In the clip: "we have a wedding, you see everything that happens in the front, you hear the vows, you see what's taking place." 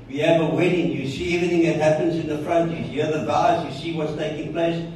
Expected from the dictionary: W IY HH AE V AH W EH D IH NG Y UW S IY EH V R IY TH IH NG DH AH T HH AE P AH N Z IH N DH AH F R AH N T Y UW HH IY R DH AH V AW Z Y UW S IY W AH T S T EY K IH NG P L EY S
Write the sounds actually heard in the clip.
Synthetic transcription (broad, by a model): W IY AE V AH W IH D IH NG Y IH S IY EH V R IY TH IH NG DH AH T HH AE P AH N Z IH N DH AH F R AH N T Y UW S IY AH DH AH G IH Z Y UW S IY W AH T S T EY K IH NG P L EY S